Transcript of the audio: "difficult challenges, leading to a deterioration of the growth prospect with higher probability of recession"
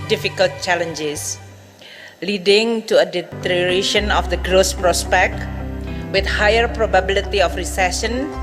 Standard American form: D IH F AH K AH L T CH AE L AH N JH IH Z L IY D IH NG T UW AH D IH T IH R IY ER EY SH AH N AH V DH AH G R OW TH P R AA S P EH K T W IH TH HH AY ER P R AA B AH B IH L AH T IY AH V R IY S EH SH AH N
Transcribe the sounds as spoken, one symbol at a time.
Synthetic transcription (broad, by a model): D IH F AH K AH L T CH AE L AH N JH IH S L IY D IH NG T UW AH D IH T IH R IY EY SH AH N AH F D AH G R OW S P R AA S P EH K T W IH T HH AY ER P R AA B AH B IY L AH T IY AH F R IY S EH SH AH N